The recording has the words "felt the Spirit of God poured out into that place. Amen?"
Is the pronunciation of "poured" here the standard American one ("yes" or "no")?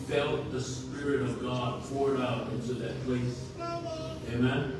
no